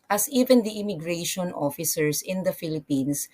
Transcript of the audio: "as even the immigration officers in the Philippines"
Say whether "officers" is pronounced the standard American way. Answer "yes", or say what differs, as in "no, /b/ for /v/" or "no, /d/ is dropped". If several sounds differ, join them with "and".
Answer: no, /s/ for /z/